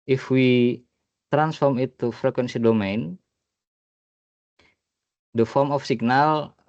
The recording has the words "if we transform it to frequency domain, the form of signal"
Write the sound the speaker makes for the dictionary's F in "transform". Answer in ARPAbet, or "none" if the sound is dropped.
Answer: F